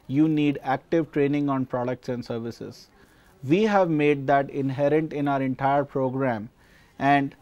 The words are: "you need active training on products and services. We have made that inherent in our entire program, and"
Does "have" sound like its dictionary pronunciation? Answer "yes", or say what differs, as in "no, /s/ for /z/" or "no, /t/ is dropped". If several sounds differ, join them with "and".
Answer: yes